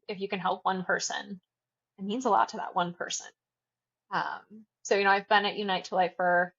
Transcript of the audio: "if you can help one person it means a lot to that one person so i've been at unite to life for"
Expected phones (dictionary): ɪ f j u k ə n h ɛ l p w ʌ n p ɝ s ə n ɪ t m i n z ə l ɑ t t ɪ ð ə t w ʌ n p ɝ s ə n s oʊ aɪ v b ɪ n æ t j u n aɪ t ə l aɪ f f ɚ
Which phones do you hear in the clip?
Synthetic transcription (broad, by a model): ɪ f j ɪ k ə n h ɛ l p w ʌ n p ɝ s ə n ɪ t m i n z ə l ɑ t t ɪ ð ə t w ʌ n p ɝ s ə n s oʊ aɪ v b ɪ n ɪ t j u n aɪ t ə l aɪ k f ɚ